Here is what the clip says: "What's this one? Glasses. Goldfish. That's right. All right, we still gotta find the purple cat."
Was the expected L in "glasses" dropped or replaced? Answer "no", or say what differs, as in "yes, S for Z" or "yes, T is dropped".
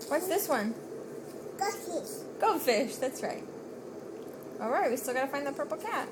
yes, L is dropped